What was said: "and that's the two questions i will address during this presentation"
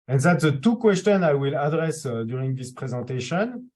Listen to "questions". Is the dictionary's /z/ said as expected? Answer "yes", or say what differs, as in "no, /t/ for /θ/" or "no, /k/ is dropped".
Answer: no, /z/ is dropped